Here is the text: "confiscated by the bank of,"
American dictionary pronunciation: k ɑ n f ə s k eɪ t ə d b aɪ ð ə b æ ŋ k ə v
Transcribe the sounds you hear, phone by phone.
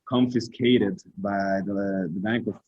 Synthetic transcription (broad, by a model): k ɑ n f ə s k eɪ t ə d b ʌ ð ə b æ ŋ k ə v